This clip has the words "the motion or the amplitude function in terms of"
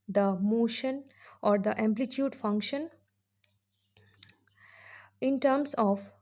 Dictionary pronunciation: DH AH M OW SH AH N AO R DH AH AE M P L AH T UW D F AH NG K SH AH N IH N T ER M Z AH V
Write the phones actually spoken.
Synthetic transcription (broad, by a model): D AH M OW SH AH N AO R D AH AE M P L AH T UW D F AH NG K SH AH N IH N T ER M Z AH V